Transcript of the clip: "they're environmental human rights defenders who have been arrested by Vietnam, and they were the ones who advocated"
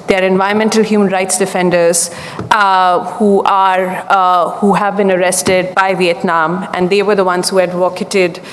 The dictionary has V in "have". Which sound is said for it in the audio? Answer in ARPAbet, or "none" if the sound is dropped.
V